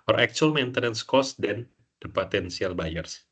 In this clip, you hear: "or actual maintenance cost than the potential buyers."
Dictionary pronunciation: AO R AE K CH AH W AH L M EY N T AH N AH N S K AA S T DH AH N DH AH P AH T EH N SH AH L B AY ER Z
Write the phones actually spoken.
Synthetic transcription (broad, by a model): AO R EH K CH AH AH L M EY N T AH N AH N S K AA S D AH N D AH P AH T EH N S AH L B AY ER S